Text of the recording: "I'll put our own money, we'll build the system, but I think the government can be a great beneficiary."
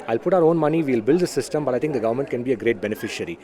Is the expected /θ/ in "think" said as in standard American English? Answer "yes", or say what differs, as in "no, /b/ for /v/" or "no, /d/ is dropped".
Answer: no, /t/ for /θ/